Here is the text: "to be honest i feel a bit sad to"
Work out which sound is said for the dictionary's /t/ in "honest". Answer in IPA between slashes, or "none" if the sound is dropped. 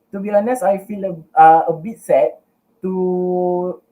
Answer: none